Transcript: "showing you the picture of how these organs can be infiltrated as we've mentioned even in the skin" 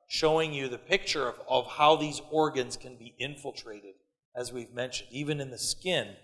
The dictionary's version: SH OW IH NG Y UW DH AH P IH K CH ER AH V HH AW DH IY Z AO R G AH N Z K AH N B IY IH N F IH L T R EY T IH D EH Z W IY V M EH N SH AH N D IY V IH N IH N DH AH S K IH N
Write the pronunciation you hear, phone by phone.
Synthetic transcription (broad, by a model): SH OW IH NG Y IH DH AH P IH K CH ER AH V HH AW DH IY Z AO R G AH N Z K AH N B IY IH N F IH L T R EY T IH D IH Z W IY V M EH N SH AH N D IY V IH N IH N DH AH S K IH N